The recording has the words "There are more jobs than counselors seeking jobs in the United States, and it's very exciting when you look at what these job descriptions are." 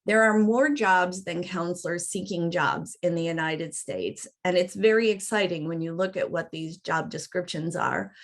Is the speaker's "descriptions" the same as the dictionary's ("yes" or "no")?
yes